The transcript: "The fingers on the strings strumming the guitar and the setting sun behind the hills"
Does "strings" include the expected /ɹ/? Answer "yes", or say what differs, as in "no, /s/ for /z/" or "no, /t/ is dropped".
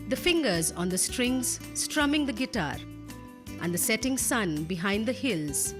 yes